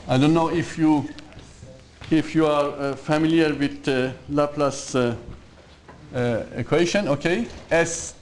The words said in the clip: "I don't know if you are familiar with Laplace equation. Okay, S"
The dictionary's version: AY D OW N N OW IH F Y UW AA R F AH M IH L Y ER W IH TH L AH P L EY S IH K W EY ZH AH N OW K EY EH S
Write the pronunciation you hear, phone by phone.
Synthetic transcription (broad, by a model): AY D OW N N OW IH F Y UW AA R F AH M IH L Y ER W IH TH L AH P L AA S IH K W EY SH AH N OW K EY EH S